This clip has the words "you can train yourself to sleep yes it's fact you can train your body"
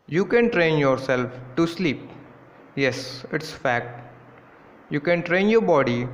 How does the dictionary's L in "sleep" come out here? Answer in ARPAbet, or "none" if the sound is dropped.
L